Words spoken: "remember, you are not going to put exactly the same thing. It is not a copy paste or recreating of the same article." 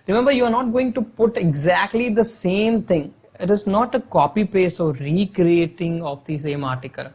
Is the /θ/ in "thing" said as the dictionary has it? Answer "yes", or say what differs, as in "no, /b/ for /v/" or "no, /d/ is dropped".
no, /t/ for /θ/